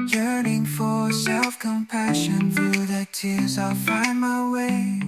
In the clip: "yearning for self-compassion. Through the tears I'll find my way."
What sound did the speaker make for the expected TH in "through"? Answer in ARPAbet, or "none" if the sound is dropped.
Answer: TH